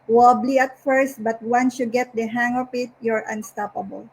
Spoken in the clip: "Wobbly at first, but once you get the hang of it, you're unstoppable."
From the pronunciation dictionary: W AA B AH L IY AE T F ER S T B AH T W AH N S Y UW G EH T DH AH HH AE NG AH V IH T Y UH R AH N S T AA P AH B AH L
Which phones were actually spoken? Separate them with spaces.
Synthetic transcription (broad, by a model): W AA B L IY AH T F ER S T B AH T W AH N S Y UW G EH T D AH HH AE NG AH P IH T Y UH R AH N S T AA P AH B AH L